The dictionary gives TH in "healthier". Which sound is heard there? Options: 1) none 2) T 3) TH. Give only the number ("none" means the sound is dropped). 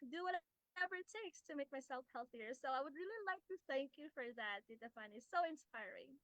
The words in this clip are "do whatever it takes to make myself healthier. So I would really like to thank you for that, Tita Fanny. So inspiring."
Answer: 3